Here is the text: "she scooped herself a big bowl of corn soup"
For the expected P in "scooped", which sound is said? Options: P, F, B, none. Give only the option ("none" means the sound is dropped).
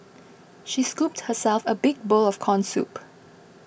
P